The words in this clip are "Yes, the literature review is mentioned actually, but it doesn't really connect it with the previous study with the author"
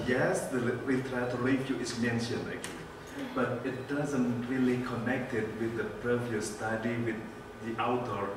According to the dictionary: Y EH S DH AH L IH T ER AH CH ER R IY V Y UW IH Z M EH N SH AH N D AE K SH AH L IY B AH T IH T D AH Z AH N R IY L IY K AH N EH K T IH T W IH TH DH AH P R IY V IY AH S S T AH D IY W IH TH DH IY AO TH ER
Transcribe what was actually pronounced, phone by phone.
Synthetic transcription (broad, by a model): Y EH S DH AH W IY T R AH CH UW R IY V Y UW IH S M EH N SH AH N EH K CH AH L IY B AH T IH T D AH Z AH N R IY L IY K AH N EH K T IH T W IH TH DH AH P R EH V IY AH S S T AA D IY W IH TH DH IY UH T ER